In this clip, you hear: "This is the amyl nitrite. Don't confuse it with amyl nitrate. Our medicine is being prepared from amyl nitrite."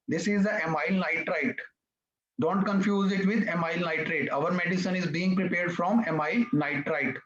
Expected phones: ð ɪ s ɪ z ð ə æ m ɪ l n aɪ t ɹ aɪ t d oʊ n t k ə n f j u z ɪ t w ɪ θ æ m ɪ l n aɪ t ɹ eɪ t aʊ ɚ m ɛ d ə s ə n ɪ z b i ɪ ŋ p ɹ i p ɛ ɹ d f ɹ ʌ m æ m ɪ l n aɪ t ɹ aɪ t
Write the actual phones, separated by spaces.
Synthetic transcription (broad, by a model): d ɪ s ɪ z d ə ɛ m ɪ l n aɪ t ɹ aɪ t d oʊ n t k ə n f j u z ɪ t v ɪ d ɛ m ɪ l n aɪ t ɹ eɪ t aʊ ɚ m ɛ d ə s ə n ɪ z b i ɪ ŋ p ɹ i p ɛ ɹ d f ɹ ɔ m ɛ m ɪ l n aɪ t ɹ aɪ t